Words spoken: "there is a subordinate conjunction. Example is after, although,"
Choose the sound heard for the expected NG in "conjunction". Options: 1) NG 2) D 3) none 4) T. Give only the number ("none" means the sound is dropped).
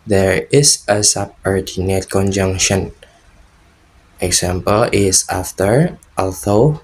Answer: 1